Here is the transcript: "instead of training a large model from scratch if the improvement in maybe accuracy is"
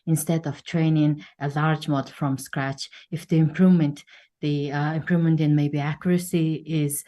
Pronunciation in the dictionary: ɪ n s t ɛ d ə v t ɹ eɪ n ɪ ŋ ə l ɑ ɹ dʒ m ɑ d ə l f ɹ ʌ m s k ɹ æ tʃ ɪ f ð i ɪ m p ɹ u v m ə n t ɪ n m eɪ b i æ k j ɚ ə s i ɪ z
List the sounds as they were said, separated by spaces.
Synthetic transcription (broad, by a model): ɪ n s t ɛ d ə v t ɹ eɪ n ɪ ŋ ə l ɑ ɹ dʒ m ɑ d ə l f ɹ ʌ m s k ɹ æ tʃ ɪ f ð i ɪ m p ɹ u v m ə n t ɪ n m eɪ b i æ k j ɚ ə s i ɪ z